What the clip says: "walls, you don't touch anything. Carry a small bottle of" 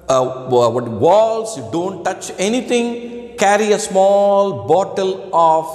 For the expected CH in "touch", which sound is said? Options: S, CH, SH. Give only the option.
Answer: CH